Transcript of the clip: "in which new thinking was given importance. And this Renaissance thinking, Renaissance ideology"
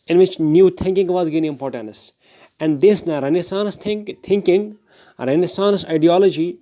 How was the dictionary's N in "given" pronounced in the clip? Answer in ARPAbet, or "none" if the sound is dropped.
none